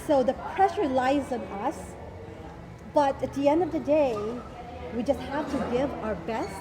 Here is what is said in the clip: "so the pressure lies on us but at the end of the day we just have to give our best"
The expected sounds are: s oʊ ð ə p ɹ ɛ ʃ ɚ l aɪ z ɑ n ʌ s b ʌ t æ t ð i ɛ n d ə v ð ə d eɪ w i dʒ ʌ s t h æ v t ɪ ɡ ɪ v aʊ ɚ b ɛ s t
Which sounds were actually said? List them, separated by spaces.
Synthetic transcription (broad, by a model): s oʊ ð ə p ɹ ɛ ʃ ɚ l aɪ z n ʌ s b ʌ t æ t ð i ɛ n d ə v ð ə d eɪ w i dʒ ʌ s t h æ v t ɪ ɡ ɪ v aʊ ɚ b ɛ s